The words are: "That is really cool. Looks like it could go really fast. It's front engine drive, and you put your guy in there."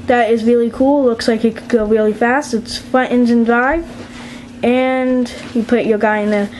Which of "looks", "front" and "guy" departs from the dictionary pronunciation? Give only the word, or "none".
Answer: front